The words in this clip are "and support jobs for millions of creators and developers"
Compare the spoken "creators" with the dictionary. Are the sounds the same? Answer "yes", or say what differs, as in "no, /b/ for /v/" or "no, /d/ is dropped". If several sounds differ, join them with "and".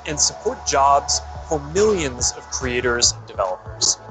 yes